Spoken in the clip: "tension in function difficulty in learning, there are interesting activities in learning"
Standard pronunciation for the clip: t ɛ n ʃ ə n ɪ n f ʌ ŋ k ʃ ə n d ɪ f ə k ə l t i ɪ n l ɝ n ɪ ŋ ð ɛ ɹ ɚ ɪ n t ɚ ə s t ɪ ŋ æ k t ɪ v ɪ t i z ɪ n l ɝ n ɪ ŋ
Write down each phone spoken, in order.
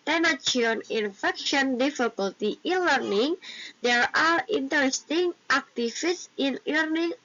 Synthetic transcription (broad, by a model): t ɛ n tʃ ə n ɪ n f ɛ k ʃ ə n d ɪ f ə k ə l t i ɪ n l ɝ n ɪ ŋ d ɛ ɹ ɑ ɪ n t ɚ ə s t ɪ ŋ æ k t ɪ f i s ɪ n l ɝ n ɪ ŋ